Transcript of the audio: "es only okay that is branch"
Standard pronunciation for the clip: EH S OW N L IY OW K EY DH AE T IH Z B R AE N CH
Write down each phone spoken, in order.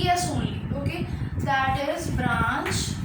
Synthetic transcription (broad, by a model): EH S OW L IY OW K EY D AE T IH Z B R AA N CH